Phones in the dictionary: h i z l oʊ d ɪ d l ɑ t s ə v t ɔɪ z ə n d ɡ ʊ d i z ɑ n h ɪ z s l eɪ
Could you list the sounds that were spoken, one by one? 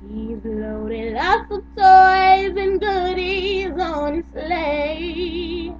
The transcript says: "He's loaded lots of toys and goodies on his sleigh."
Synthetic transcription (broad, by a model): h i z l oʊ d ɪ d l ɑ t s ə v t ɔɪ z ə n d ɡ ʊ d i z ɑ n s l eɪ